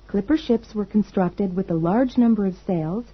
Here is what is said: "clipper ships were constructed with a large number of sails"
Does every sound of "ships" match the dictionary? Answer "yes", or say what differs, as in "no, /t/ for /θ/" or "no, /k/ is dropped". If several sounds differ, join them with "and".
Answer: yes